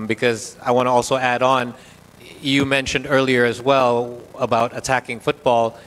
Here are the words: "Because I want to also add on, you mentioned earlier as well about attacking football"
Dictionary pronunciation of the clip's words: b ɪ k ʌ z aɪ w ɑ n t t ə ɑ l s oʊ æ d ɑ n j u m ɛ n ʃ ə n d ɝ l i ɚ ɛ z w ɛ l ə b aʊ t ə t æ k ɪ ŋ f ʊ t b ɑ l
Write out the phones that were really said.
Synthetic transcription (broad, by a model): b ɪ k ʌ z aɪ w ɑ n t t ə ɑ l s oʊ æ d n j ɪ m ɛ n ʃ ə n d ɝ l i ɚ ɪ z w ɛ l ə b aʊ t ə t æ k ɪ ŋ f ʊ t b ɑ l